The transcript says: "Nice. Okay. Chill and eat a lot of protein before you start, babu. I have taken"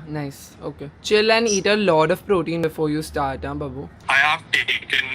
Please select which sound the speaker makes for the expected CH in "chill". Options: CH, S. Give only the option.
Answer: CH